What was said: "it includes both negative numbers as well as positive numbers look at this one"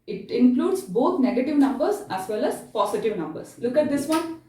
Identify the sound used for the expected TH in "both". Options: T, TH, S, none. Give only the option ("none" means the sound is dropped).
T